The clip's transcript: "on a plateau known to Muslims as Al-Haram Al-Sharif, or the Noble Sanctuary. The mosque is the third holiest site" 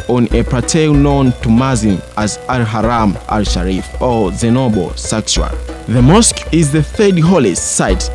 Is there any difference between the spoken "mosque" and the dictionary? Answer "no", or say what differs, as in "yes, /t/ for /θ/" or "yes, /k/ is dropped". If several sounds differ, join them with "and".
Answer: no